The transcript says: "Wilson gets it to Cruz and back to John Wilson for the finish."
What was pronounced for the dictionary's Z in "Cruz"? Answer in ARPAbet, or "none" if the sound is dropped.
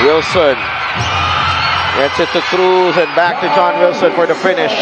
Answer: Z